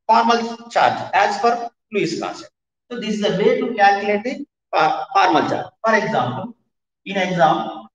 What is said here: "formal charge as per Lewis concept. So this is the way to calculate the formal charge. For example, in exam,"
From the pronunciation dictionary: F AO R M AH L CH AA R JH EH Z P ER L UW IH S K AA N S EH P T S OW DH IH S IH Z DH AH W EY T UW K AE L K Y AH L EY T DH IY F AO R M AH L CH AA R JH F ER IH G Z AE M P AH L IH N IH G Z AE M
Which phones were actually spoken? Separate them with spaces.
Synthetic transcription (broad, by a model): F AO R M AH L CH AA R JH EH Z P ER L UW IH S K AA S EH T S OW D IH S IH Z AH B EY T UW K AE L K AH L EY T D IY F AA R M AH L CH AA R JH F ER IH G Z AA M P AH L IH N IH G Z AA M